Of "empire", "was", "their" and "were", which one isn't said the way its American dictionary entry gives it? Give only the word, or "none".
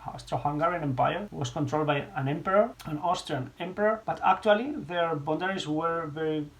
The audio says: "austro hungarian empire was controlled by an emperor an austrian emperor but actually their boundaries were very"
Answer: was